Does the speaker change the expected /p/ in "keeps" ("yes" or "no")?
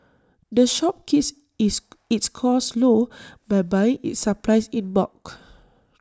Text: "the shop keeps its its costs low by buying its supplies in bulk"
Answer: yes